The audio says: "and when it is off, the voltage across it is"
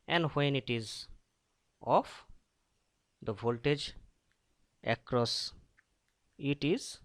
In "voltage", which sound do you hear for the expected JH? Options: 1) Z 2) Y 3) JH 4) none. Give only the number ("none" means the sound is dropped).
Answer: 3